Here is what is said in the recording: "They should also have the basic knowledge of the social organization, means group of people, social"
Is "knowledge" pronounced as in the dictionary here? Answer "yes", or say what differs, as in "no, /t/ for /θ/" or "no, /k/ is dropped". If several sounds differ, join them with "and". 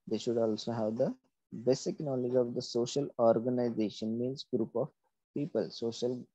yes